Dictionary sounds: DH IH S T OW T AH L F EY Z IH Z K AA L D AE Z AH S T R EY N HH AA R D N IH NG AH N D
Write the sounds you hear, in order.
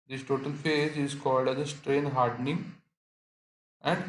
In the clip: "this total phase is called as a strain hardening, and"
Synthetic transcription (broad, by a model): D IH S T OW T AH L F EY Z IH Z K AA L D AE Z AH S T R EY N HH AA R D N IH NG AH N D